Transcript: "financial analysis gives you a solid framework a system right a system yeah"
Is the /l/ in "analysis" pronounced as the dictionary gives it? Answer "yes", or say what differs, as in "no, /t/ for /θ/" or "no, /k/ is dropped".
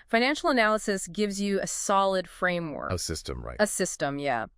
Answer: yes